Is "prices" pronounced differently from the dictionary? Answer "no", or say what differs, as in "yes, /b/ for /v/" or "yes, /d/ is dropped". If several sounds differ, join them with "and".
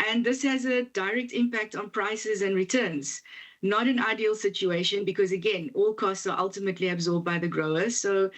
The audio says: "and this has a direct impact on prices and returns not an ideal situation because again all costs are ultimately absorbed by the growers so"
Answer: no